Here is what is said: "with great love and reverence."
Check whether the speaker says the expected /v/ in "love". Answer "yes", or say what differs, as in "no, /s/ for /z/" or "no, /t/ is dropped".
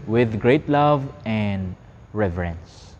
yes